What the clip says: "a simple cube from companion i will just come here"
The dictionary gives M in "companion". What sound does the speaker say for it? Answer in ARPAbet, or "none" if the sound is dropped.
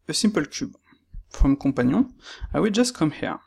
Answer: none